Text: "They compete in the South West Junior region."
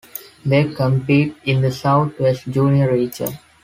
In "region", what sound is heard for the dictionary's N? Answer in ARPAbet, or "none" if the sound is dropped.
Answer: none